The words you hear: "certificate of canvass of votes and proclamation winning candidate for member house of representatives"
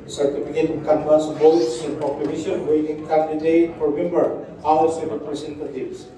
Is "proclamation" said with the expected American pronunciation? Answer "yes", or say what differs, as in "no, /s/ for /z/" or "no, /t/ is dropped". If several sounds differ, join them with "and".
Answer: no, /l/ is dropped